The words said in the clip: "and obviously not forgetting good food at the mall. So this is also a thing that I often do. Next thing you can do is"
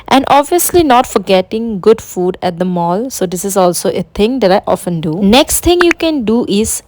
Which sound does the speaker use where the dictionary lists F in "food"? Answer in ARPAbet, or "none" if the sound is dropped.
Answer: F